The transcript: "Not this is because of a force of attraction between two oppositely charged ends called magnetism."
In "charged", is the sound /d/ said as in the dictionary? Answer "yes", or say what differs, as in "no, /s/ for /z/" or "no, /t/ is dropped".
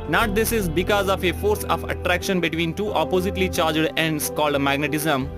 yes